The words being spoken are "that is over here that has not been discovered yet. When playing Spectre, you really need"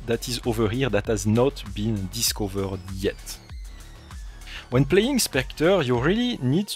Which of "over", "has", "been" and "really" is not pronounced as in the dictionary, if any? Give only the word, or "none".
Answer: none